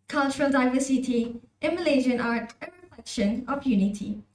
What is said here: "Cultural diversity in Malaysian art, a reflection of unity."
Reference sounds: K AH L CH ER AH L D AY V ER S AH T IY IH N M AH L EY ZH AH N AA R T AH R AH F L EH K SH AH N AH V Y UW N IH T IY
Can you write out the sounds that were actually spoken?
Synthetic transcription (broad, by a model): K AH L CH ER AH L D AY V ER S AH T IY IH M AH L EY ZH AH N AA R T AH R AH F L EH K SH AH N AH P Y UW N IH T IY